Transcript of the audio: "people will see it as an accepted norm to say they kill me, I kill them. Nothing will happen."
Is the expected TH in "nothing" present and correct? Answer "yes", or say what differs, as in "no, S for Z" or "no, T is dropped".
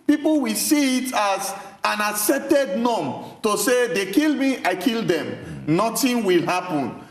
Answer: no, T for TH